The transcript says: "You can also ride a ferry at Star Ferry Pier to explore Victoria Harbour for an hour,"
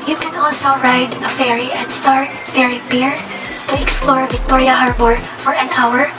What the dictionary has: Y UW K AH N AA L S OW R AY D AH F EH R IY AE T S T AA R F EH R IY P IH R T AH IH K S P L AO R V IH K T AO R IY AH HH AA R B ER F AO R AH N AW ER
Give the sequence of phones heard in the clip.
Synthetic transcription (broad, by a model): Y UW K AH N AA L S OW R AY D AH F EH R IY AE T S T AA R F EH R IY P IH R T AH IH K S P L AO R V IH K T AO R IY AH HH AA R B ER F AO R AH N AW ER